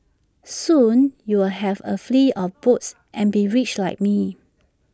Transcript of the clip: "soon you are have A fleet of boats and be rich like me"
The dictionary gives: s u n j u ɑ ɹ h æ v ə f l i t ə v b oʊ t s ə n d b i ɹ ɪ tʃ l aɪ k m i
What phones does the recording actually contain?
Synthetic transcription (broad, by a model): s u n j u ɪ l h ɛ v ə f l i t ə f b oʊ t s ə n b i ɹ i tʃ l aɪ k m i